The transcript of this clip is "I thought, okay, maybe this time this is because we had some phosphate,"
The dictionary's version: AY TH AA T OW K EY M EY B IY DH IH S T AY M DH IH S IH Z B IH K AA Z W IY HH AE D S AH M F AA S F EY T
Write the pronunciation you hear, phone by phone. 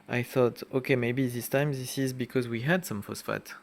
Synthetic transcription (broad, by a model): AY TH AA T OW K EY M EY B IY DH IH S T AY M DH IH S IH Z B IH K AA Z W IY HH AE D S AH M F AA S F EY T